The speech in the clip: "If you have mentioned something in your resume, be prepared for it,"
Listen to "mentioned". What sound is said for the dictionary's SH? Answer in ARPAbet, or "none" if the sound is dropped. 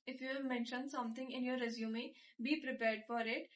SH